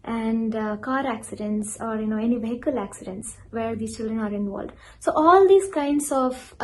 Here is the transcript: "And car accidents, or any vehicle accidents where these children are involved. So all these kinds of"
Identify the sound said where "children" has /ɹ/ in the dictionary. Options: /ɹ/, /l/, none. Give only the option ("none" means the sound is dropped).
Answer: /ɹ/